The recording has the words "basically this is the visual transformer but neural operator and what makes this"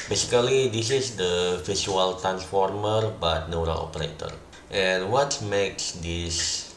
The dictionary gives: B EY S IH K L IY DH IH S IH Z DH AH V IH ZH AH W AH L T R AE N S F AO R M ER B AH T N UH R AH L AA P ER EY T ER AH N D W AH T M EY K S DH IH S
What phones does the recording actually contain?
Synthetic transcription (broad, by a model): B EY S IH K L IY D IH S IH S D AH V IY S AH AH L T R AE N S F AO R M ER B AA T N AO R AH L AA P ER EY T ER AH N W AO T M EY K S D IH S